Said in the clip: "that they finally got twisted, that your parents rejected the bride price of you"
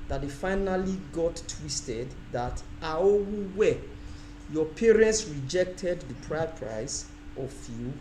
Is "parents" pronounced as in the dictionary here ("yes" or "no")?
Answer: yes